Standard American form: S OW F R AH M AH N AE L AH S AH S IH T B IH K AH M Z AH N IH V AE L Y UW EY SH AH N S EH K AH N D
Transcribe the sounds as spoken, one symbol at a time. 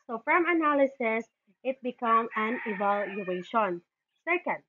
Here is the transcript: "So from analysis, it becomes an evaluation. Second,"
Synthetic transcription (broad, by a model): S OW F R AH M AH N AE L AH S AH S IH T B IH K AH M AH N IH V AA L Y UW EY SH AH N S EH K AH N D